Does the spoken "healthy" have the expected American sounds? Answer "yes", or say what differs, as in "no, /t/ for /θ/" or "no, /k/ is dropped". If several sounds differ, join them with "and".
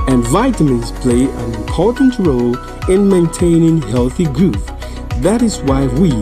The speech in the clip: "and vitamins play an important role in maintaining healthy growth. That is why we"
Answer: yes